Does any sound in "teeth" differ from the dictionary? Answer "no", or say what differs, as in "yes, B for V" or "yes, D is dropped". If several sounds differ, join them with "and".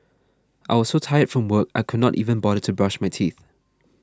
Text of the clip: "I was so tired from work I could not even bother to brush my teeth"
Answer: no